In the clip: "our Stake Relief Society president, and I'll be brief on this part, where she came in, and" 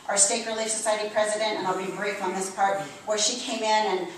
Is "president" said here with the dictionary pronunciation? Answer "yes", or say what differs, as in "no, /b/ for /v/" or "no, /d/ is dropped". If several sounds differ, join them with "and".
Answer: yes